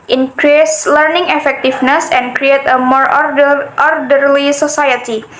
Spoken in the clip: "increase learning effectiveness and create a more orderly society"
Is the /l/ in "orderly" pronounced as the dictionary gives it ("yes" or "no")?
yes